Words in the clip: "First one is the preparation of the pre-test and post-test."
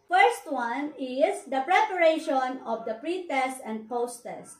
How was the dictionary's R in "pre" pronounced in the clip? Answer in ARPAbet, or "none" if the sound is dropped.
R